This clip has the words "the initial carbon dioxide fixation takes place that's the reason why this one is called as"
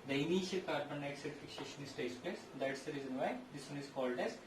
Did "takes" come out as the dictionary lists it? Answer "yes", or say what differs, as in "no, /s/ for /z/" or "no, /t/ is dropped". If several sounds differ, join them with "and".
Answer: no, /k/ is dropped